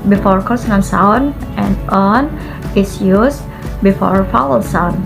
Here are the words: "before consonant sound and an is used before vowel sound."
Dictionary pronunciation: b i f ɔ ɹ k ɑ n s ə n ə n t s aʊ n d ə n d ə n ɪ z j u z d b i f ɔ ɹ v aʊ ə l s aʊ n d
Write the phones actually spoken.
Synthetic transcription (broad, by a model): b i f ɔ ɹ k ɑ s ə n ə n s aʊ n ə n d ə n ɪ s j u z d b i f ɔ ɹ f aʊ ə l s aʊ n